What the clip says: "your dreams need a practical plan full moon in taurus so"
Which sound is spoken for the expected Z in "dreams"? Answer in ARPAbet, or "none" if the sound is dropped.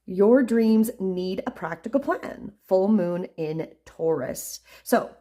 Z